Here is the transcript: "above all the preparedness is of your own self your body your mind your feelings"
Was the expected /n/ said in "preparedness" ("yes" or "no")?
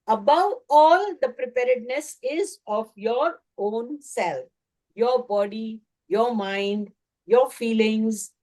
yes